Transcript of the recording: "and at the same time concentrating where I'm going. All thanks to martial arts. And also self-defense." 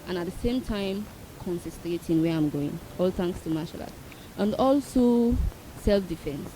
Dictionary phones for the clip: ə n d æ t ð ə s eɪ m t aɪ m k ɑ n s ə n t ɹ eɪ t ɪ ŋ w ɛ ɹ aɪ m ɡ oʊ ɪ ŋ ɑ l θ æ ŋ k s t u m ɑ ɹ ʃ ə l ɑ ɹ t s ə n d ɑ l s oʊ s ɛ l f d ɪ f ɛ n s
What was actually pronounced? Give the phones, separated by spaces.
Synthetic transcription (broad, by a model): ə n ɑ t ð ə s eɪ m t aɪ m k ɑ n s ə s t ɹ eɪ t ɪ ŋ w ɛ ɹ aɪ m ɡ oʊ ɪ ŋ ɑ l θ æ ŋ k s t u m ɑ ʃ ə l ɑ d t ə n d ɑ l s oʊ s ɛ l f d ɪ f ɛ n s